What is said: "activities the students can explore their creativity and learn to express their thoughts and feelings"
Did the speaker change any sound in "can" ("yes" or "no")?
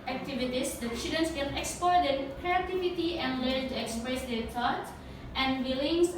yes